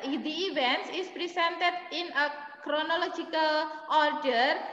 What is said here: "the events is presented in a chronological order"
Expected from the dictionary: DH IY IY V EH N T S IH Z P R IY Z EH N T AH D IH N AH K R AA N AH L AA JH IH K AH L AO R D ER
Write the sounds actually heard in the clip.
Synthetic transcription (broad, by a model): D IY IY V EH N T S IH S P R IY S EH N T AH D IH N AH K R AA N AH L AA JH IH K AH L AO R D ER